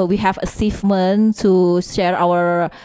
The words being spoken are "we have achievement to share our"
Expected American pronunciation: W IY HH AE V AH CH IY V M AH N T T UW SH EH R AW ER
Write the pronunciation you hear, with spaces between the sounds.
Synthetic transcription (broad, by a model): W IY HH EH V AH S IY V M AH N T T UW SH EH R AW ER